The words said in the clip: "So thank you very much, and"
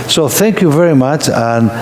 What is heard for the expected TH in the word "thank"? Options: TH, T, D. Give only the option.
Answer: TH